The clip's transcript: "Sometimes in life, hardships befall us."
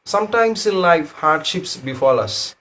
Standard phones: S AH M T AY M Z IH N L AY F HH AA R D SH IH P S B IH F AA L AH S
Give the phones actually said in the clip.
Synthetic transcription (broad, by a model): S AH M T AY M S IH N L AY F HH AA R D SH IH P S B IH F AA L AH S